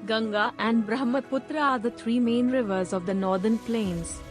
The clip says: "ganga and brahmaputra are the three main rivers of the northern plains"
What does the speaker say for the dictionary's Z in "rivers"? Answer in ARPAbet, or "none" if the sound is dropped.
Z